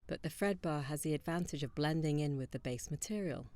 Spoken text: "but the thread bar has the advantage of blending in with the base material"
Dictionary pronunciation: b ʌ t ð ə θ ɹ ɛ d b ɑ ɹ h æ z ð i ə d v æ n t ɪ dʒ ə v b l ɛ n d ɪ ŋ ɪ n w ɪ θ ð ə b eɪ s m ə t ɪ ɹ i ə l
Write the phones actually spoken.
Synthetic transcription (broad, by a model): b ʌ t ð ə f ɹ ɛ d b ɑ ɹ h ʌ z ð i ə d v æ n t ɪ dʒ ə v b l ɛ n d ɪ ŋ ɪ n w ɪ ð ə b eɪ s m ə t ɪ ɹ i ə l